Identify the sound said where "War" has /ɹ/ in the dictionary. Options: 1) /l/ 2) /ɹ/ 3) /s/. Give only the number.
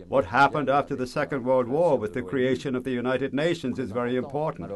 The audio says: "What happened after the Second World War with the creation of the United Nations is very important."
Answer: 2